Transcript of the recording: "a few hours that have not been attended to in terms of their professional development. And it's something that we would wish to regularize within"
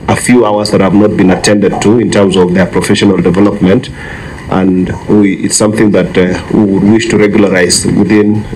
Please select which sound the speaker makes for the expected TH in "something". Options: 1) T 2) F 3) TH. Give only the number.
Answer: 3